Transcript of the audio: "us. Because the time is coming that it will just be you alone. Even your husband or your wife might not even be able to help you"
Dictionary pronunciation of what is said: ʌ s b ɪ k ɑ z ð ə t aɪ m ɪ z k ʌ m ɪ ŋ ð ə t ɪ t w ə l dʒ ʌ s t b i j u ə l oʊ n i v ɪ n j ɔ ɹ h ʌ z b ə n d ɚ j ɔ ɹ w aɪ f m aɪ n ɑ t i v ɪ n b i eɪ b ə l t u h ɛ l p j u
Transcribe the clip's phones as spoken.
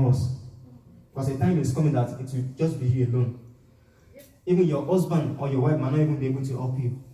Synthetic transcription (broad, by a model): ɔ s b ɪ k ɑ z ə t aɪ m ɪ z k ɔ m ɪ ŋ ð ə t ɪ t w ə dʒ ʌ s t b i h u ə l oʊ n i v ɪ n j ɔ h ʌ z b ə n ɔ j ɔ w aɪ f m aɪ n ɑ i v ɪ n b i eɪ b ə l t u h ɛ p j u